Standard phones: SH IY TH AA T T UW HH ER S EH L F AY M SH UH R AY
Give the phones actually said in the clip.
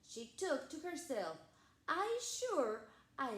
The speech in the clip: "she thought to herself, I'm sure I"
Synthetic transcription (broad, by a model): SH IY T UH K T UW HH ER S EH L F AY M SH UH R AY